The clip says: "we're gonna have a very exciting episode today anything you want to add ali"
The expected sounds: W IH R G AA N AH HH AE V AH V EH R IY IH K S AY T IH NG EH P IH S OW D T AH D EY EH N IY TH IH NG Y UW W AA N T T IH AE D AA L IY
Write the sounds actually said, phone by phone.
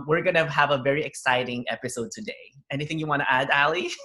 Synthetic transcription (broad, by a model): W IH R G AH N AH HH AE V AH V EH R IY IH K S AY T IH NG EH P IH S OW D T AH D EY EH N IY TH IH NG Y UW W AA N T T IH AE D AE L IY